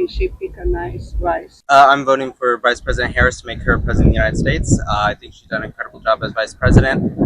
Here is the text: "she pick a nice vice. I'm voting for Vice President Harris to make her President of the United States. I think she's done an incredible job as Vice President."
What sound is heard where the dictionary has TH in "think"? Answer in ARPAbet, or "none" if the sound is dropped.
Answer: TH